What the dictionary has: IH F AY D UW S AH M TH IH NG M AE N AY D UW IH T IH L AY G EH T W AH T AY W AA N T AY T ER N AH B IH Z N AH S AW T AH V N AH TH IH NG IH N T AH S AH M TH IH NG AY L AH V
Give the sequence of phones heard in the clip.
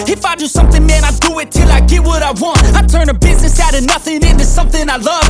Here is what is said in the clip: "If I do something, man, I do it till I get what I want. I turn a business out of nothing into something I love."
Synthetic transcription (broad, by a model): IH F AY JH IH S AH M TH IH NG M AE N AY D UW IH T IH L AY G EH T W AH T AY W AA N T AY T ER N AH B IH Z N AH S AW T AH N AH TH IH NG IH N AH S AH M TH IH NG AY L AH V